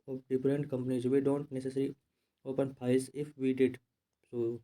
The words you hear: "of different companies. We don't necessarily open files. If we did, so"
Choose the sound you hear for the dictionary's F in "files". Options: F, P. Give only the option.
P